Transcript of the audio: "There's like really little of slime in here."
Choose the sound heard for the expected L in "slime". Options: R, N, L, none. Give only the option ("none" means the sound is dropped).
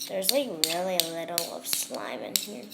L